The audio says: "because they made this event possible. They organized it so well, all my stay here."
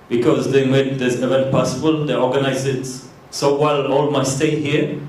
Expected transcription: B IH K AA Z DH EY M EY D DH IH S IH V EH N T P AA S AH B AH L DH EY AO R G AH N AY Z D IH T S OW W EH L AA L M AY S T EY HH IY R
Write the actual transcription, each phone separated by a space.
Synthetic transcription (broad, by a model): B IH K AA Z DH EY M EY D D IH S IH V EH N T P AA S AH B AH L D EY AO G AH N AY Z IH T S OW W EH L AA L M AY S T EY HH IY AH